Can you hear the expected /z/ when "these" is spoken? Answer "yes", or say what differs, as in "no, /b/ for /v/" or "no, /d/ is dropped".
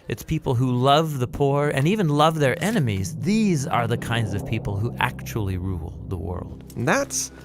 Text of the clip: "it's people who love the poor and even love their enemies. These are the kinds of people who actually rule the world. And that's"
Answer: yes